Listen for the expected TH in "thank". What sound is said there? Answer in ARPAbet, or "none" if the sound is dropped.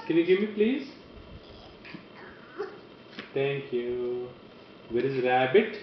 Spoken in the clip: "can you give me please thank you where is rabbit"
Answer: T